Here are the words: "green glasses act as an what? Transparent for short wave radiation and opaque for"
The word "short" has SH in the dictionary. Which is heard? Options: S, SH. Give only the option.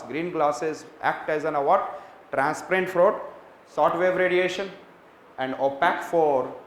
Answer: S